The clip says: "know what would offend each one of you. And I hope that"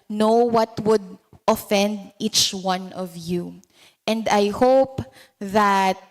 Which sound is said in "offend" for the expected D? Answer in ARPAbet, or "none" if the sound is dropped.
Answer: D